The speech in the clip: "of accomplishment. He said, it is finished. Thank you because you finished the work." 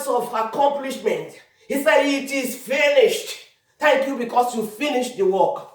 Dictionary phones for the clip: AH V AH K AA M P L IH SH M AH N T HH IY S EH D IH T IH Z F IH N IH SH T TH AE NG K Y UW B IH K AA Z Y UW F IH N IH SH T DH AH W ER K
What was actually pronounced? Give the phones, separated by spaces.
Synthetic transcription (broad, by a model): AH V AH K AA M P L IH SH M AH N T HH IY S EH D IH T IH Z F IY N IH SH T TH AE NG K Y UW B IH K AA S Y UW F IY N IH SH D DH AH W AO K